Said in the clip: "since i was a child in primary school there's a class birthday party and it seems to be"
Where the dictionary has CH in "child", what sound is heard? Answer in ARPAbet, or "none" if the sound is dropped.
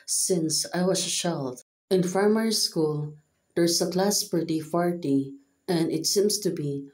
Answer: SH